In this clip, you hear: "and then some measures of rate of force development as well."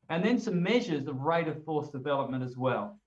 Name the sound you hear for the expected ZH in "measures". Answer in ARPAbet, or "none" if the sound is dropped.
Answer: ZH